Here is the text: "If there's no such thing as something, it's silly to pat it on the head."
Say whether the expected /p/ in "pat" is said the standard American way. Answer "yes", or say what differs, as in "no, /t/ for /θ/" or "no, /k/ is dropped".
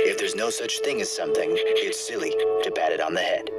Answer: no, /b/ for /p/